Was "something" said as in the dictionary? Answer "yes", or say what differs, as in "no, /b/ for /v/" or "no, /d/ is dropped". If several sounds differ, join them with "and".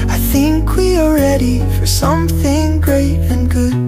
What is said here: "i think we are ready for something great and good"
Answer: yes